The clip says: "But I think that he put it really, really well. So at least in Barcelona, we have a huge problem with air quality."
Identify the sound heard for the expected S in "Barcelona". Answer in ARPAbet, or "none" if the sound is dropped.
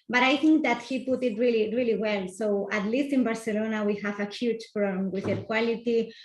S